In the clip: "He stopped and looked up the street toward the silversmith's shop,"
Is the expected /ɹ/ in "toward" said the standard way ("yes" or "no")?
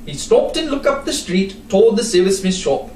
no